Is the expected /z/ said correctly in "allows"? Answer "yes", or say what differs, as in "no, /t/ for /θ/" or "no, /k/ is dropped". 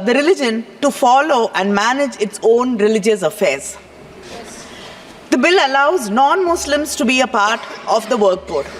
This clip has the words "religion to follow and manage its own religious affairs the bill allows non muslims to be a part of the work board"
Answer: yes